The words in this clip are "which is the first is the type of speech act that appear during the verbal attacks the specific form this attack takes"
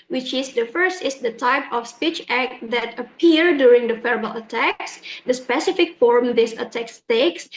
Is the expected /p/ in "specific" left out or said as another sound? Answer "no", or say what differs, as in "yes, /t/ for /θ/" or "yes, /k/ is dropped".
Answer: no